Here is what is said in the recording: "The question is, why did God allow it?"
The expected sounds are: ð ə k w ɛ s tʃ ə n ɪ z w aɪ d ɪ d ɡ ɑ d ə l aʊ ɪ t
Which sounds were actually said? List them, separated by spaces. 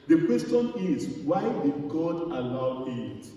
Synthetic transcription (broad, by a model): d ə k w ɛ s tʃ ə n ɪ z w aɪ d ɪ d ɡ ɑ d ə l aʊ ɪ t